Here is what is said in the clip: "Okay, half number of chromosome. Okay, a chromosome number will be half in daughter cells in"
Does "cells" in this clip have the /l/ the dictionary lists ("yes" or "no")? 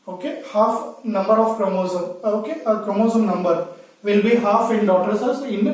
no